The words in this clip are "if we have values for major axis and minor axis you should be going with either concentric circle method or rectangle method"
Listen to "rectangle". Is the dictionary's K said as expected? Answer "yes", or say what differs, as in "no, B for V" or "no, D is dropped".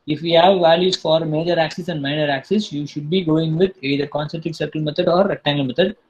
no, K is dropped